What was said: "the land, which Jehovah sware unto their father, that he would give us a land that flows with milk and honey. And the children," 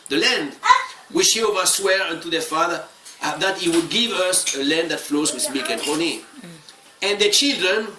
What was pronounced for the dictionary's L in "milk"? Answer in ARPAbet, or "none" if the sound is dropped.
none